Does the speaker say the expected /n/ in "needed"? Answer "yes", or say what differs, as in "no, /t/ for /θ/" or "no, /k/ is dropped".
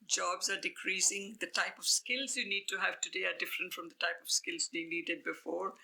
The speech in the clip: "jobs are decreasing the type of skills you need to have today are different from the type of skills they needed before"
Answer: no, /l/ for /n/